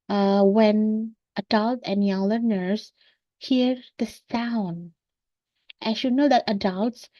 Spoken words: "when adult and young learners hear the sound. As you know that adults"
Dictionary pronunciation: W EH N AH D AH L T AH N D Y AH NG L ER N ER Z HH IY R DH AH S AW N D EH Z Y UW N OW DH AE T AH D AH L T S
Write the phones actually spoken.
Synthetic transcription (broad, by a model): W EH N AH D AH L T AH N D Y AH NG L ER N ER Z HH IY R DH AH S AW N D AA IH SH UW N OW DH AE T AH D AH L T S